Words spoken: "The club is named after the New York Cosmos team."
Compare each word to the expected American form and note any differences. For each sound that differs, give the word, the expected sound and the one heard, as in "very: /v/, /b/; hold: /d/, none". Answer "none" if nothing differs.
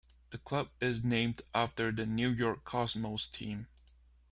cosmos: /z/, /s/